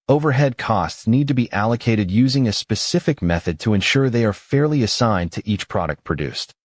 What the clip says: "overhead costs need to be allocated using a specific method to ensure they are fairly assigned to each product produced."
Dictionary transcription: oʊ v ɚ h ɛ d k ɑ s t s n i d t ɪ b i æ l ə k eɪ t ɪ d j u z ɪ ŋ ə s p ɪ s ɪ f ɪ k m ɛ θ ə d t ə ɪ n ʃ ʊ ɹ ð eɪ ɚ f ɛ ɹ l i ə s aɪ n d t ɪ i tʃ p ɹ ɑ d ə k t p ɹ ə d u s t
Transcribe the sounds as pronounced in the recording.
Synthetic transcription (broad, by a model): oʊ v ɚ h ɛ d k ɑ s t s n i d t ɪ b i æ l ə k eɪ t ɪ d j u z ɪ ŋ ə s p ɪ s ɪ f ɪ k m ɛ θ ə d t ə ɪ n ʃ ʊ ɹ ð eɪ ɚ f ɛ ɹ l i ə s aɪ n t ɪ i tʃ p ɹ ɑ d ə k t p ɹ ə d u s t